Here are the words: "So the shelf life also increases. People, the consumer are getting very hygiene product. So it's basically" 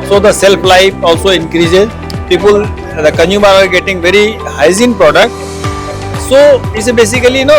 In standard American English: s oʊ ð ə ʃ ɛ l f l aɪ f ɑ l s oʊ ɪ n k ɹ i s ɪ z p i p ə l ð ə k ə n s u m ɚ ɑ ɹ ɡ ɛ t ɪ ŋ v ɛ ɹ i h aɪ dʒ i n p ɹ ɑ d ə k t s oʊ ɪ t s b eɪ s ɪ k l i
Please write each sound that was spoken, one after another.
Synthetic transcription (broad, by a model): s oʊ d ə s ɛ l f l aɪ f ɑ l s oʊ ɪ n k ɹ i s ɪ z p i p ə l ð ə k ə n u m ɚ ɑ ɹ ɡ ɛ t ɪ ŋ v ɛ ɹ i h aɪ z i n p ɹ ɑ d ə k t s oʊ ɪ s b eɪ s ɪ k l i